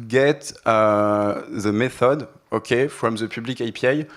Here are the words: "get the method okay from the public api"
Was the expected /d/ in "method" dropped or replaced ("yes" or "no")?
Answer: no